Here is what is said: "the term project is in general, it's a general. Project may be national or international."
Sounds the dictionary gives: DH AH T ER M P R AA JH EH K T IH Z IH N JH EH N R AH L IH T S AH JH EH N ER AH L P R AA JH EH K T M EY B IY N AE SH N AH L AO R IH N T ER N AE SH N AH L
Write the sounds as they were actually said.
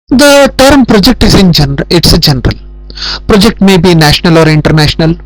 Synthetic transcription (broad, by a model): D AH T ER M P R AA JH EH K T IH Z IH N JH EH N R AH IH T S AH JH EH N ER AH L P R AA JH EH K T M EY B IY N AE SH N AH L AO R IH N T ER N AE SH N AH L